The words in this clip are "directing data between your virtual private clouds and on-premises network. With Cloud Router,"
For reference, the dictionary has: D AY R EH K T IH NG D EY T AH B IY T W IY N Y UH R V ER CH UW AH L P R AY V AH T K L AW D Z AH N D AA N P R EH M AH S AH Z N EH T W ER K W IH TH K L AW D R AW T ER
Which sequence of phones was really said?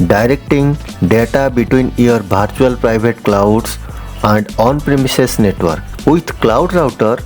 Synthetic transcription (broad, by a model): D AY R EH K T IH NG D EY T AH B IY T W IY N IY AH R B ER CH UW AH L P R AY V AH T K L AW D S AH N D AA N P R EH M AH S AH S N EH T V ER K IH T K L AW D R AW T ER